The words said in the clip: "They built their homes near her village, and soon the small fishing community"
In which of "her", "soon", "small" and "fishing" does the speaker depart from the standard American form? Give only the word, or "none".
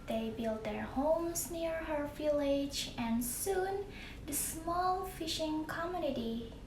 none